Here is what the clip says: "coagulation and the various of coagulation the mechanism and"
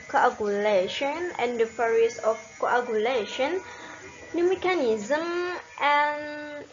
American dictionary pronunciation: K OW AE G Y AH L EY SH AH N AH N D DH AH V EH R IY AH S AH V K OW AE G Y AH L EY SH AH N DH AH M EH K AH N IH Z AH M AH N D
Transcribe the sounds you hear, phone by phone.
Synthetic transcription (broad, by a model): K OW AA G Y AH L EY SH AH N AH N D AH F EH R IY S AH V K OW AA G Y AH L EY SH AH N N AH M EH K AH N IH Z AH M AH N